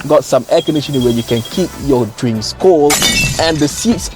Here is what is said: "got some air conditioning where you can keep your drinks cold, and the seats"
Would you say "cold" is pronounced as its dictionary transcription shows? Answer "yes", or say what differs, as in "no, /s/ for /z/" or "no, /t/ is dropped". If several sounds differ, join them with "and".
no, /d/ is dropped